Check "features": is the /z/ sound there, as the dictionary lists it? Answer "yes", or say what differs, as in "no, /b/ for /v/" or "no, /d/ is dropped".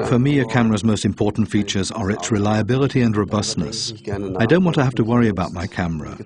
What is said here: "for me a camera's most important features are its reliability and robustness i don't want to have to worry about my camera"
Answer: yes